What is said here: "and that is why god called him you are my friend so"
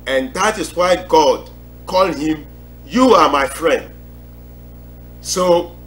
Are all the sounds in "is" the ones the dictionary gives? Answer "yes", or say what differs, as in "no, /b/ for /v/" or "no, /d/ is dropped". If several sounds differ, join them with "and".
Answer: no, /s/ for /z/